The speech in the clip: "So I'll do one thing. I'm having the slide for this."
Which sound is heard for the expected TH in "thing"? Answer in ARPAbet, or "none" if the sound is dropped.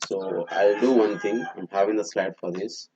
T